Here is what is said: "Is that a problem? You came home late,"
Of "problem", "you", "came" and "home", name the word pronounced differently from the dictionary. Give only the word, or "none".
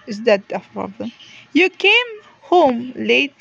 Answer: problem